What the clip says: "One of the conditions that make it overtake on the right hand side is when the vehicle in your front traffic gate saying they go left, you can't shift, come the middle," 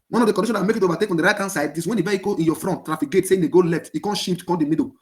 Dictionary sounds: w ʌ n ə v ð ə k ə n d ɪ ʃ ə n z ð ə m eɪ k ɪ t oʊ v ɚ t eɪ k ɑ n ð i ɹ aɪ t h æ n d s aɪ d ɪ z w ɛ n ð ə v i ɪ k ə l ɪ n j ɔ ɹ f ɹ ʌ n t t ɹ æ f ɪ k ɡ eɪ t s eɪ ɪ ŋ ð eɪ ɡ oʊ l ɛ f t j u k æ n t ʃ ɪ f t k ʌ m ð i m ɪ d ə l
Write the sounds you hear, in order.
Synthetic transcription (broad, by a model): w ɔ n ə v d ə k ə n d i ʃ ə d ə m eɪ k ɪ t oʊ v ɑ t eɪ k ɑ n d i ɹ aɪ t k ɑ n s aɪ d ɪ s w ɛ n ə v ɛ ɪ k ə ɪ n j ɔ f ɹ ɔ n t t ɹ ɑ f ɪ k ɡ eɪ t s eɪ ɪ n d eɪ ɡ oʊ l ɛ f t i k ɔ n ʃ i p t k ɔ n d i m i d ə